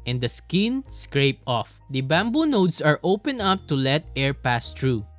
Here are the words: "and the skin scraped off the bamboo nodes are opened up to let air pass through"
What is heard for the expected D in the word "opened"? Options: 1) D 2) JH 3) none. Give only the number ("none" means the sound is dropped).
3